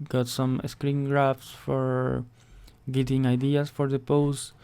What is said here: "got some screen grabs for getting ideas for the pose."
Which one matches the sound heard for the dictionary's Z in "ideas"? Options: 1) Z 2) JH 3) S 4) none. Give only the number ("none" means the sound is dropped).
3